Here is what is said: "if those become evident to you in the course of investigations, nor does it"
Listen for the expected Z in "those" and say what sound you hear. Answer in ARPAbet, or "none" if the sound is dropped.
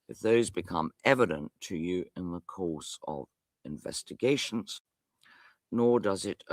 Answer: Z